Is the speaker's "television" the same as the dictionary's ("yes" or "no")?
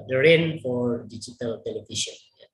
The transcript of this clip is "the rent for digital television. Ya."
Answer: no